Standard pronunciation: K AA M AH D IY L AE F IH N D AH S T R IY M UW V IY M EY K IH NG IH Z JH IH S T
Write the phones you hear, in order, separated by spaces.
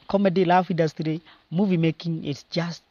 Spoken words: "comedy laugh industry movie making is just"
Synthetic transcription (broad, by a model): K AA M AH D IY L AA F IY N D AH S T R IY M UW V IY M EY K IH NG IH S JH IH S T